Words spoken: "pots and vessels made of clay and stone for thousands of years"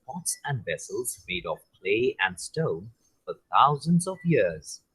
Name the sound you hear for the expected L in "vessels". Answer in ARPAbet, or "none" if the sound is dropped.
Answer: L